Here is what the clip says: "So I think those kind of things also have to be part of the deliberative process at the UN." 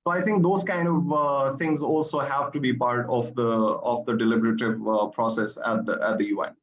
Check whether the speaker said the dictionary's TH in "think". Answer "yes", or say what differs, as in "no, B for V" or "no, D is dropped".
no, T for TH